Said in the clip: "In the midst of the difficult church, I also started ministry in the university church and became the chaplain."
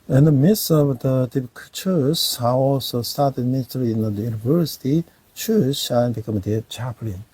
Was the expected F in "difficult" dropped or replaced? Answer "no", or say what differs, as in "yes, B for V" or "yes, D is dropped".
yes, P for F